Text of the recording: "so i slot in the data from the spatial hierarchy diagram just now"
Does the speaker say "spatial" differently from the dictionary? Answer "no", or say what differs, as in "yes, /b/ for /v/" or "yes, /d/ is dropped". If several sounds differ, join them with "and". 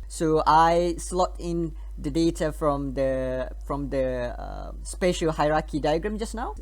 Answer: no